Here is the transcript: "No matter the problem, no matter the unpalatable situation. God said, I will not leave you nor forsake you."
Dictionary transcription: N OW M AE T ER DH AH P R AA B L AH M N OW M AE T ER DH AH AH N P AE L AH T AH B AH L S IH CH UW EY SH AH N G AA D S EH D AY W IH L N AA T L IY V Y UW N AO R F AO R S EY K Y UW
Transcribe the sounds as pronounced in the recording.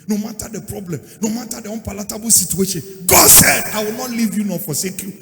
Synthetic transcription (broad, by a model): N OW M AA T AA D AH P R AA B L AH M N OW M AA T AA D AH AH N P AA L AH T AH B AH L S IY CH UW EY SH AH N G AA D S EH D AY W IH L N AA T L IY V Y UW N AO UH F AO S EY K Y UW